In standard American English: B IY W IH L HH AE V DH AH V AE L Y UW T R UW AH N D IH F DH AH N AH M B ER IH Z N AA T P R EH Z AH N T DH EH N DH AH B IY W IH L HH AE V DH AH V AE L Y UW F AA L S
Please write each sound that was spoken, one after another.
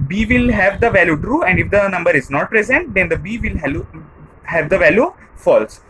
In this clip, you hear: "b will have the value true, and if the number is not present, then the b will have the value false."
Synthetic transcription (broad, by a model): B IY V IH L HH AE V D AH V AE L Y UW T R UW AH N D IH F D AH N AH M B ER IH Z N AA T P R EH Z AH N T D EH N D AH B IY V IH L HH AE V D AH V AE L Y UW F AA L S